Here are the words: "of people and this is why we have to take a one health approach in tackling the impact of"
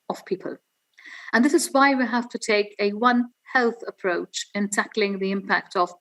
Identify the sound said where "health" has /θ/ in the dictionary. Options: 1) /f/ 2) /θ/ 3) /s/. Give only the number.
2